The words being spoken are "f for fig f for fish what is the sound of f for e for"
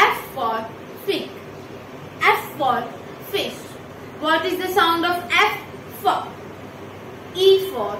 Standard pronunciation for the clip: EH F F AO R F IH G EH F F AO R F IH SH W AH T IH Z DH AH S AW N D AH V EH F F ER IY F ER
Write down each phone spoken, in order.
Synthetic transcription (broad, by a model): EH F F AO R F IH EH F F AO R F IH SH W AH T IH Z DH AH S AW N D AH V EH F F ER IY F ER